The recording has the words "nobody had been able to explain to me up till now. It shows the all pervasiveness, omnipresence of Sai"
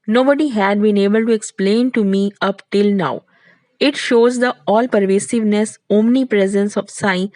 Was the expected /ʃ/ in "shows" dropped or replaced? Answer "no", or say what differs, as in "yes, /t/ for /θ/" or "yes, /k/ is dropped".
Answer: no